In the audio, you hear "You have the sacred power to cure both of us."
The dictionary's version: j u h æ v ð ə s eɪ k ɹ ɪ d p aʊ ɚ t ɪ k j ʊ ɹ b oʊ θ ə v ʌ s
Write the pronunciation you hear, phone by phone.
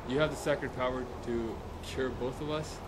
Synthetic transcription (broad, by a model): j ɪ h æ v ð ə s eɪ k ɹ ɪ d p aʊ ɚ t ɪ k j ʊ ɹ b oʊ θ ə v ʌ s